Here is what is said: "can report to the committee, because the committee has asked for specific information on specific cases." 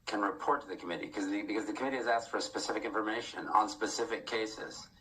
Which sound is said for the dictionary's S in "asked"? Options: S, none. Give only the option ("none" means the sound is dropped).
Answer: S